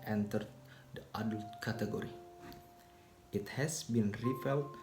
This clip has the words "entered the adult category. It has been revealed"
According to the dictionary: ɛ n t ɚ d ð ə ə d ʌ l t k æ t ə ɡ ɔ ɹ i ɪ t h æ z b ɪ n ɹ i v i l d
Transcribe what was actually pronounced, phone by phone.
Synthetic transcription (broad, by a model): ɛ n t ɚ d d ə ə d ʌ l t k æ t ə ɡ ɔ ɹ i ɪ t h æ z b ɪ n ɹ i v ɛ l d